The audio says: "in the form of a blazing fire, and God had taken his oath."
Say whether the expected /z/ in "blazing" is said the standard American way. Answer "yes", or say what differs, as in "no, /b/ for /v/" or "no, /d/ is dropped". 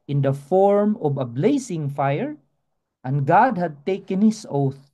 no, /s/ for /z/